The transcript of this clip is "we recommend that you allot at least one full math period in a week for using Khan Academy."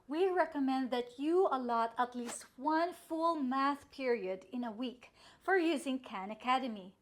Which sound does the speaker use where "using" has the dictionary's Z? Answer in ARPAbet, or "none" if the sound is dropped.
Z